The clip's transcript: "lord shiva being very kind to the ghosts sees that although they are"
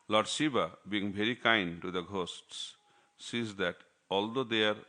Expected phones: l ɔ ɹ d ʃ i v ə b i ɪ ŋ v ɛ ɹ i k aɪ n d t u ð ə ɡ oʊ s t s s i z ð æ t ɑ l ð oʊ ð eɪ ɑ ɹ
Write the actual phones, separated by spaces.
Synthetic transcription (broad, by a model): l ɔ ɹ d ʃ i b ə b i ɪ ŋ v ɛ ɹ i k aɪ n d t u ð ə ɡ oʊ s t s s i z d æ t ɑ l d oʊ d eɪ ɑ ɹ